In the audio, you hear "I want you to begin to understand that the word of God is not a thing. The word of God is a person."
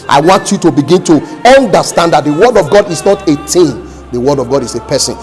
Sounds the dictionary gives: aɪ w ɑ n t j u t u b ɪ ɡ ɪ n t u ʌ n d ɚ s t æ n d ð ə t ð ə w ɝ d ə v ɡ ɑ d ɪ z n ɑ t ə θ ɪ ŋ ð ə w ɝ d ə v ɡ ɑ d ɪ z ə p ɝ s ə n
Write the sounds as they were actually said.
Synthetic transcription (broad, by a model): aɪ w ɑ n t j u t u b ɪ ɡ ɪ n t u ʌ n d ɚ s t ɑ n d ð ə t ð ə w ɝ d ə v ɡ ɑ d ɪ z n ɑ t ə t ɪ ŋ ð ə w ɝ d ə v ɡ ɑ d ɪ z ə p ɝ s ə n